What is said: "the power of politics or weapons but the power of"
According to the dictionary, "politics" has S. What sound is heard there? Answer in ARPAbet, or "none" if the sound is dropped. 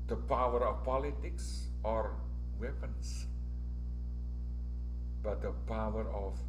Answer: S